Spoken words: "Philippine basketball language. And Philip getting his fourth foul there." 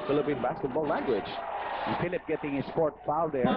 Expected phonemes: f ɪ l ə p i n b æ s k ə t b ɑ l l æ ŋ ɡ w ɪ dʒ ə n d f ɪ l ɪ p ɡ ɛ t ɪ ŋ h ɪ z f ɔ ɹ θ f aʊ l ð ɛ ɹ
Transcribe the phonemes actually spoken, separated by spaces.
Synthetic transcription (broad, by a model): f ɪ l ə p i n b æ s k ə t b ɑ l l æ ŋ ɡ w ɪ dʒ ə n f ɪ l ɪ p ɡ ɛ t ɪ ŋ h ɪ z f ɔ ɹ t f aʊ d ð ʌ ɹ